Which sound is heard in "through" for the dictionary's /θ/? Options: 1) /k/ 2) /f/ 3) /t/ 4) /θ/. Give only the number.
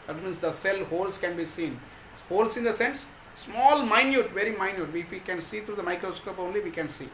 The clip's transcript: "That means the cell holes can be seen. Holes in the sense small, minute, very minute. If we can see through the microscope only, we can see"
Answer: 3